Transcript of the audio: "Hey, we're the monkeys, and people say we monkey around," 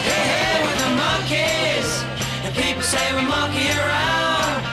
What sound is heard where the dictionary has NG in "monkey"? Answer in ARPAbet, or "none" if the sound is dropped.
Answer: none